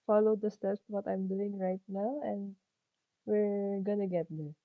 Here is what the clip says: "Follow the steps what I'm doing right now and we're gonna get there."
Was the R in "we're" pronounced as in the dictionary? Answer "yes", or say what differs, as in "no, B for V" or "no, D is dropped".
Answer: yes